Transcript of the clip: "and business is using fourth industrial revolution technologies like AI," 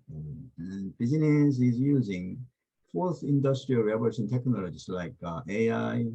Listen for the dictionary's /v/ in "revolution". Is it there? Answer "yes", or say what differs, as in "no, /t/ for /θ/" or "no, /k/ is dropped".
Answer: no, /b/ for /v/